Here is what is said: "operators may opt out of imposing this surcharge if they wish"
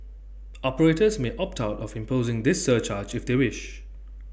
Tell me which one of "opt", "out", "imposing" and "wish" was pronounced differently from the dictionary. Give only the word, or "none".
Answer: none